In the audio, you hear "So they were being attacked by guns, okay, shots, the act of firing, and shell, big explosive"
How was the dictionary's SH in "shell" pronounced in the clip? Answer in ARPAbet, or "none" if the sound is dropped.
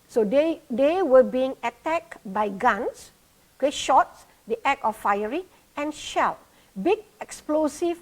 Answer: SH